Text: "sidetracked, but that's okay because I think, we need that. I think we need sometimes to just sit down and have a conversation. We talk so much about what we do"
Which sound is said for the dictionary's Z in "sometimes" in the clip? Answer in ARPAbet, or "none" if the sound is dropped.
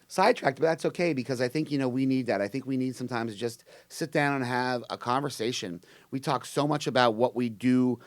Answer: Z